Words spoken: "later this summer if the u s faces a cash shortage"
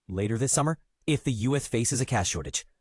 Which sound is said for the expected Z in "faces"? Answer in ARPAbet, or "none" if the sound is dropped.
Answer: Z